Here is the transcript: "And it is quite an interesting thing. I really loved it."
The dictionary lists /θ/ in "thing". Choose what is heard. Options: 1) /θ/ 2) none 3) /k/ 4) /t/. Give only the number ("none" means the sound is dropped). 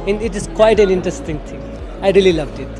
4